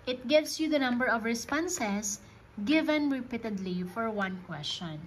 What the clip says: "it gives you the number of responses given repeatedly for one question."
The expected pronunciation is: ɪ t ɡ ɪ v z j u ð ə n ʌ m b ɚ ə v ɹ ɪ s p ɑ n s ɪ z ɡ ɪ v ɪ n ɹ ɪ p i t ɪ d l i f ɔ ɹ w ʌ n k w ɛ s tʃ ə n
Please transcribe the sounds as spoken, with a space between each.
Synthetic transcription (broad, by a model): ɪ t ɡ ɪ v s j u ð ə n ʌ m b ɚ ə v ɹ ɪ s p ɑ n s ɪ s ɡ ɪ v ɪ n ɹ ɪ p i t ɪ d l i f ɔ ɹ w ʌ n k w ɛ s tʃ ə n